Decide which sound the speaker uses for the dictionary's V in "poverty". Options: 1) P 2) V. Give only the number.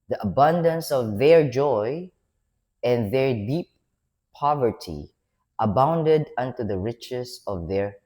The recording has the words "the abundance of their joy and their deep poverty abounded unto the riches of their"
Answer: 2